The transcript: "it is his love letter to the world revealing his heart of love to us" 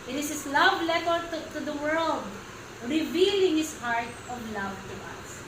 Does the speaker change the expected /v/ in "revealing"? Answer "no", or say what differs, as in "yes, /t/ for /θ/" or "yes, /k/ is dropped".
no